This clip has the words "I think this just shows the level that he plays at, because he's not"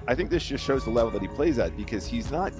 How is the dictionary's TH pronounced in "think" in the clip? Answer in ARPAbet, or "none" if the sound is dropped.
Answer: TH